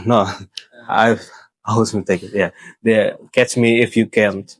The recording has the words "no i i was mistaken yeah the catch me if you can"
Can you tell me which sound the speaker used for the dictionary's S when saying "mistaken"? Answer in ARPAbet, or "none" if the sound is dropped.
none